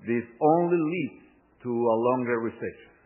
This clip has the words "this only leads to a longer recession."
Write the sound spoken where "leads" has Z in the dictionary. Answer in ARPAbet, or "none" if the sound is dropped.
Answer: none